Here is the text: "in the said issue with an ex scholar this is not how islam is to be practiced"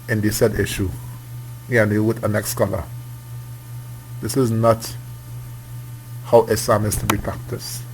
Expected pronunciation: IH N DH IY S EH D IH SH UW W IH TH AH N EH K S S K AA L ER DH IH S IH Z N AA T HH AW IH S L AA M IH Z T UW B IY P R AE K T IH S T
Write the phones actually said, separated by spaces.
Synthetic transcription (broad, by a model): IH N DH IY S EH D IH SH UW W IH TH AH N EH K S S K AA L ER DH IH S IH Z N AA T HH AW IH S AA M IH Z T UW B IY P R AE K T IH S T